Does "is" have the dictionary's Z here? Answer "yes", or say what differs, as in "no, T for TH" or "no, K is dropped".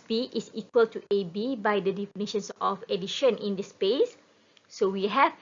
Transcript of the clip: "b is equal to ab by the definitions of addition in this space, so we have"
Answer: no, S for Z